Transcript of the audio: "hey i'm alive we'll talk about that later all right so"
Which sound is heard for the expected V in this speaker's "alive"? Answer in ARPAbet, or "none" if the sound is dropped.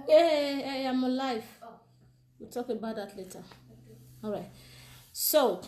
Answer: F